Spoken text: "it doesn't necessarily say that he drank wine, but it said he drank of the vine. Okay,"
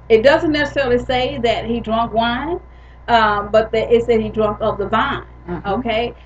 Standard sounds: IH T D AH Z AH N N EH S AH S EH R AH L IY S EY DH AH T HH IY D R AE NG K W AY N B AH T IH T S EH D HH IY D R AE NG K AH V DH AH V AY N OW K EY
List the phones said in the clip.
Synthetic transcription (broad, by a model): IH T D AH Z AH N N EH S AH S EH R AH L IY S EY DH AH T HH IY D R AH NG K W AY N B AH T IH T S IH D HH IY D R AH NG K AH P DH AH V AY N OW K EY